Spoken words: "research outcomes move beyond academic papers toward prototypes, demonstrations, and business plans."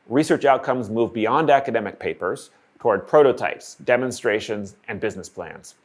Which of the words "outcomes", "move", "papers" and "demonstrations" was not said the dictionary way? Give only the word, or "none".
none